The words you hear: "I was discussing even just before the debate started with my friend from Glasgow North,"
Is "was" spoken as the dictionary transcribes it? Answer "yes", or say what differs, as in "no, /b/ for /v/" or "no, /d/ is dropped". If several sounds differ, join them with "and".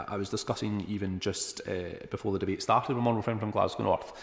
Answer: yes